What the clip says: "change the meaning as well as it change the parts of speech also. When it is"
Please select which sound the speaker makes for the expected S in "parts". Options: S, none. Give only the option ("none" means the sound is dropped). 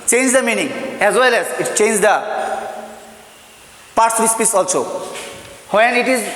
none